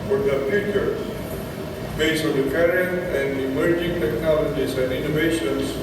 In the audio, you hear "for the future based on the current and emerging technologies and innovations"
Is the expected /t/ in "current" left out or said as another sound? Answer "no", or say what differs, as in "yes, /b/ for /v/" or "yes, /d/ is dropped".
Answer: yes, /t/ is dropped